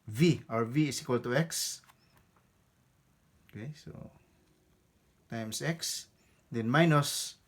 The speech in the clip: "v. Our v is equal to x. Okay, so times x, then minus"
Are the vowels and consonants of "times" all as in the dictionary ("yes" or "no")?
no